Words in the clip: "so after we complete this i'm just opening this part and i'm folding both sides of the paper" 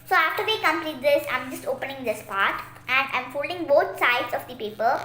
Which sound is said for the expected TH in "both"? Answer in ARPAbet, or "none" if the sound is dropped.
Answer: T